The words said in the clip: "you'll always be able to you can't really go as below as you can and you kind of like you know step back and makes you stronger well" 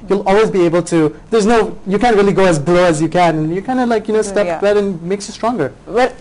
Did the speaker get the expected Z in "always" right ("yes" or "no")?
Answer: yes